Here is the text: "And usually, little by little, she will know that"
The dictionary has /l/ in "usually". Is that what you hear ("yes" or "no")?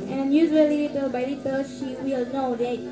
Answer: no